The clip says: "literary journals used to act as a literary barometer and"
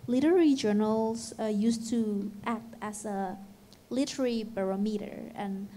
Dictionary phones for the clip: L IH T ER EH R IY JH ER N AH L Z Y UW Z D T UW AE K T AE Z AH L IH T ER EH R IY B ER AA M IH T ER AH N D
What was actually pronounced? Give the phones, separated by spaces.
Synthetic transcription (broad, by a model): L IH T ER R IY JH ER N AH L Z Y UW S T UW AE K T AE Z AH L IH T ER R IY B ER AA M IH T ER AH N